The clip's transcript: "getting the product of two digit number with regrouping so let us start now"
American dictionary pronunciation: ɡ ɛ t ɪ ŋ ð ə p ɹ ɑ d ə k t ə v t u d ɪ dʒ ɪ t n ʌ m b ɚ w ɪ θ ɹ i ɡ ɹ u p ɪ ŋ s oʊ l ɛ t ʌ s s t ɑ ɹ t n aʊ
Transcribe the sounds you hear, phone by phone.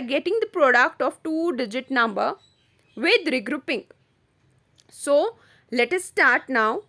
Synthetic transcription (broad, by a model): ɡ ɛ t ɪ ŋ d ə p ɹ ɑ d ə k t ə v t u d ɪ dʒ ɪ t n ʌ m b ɚ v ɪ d ɹ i ɡ ɹ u p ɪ ŋ s oʊ l ɛ t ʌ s s t ɑ ɹ t n aʊ